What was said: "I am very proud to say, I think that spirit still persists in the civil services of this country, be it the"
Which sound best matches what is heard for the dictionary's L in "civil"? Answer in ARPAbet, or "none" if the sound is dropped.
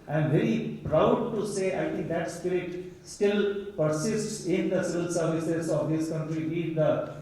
L